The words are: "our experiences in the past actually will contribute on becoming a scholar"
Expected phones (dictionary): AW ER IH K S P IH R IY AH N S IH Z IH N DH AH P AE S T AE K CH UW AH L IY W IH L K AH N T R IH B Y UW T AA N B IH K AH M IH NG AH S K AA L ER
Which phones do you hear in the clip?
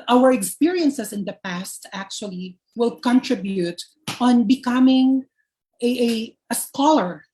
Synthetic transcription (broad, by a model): AW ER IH K S P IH R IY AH N S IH S IH N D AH P AE S T AE K CH UW AH L IY W IH L K AH N T R IH B Y UW T AA N B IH K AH M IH NG AH S K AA L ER